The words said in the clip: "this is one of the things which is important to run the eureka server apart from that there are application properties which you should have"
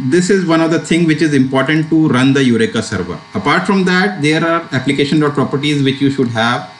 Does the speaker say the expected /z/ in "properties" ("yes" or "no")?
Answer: yes